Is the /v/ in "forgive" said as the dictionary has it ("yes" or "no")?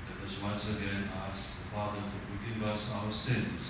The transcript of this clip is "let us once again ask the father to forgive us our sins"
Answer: yes